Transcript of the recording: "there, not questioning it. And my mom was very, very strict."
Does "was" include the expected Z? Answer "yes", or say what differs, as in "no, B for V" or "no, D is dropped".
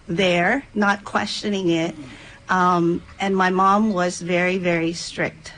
yes